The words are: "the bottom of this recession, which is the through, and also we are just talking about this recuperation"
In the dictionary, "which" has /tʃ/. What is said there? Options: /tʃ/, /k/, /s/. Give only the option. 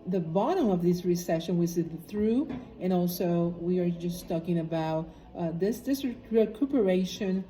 /s/